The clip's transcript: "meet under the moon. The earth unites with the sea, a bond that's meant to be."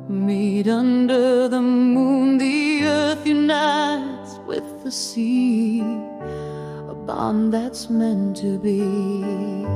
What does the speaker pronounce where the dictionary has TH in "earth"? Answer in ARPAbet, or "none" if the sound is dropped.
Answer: TH